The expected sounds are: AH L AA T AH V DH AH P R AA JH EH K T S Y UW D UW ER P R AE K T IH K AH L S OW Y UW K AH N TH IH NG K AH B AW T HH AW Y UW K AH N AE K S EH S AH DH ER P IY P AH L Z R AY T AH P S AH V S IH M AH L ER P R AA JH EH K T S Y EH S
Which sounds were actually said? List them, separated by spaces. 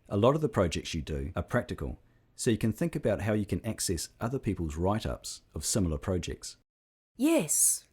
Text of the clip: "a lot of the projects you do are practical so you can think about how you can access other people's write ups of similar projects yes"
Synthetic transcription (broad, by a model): AH L AA T AH V DH AH P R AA JH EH K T S Y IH D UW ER P R AE K T IH K AH L S OW Y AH K AH N TH IH NG K AH B AW T HH AW Y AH K AH N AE K S EH S AH DH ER P IY P AH L Z R AY T AH P S AH V S IH M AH L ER P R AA JH EH K T S Y EH S